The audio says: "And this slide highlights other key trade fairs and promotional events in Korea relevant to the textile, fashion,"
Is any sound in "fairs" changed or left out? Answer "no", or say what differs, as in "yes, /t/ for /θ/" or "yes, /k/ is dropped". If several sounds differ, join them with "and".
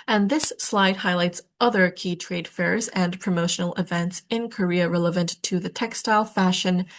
no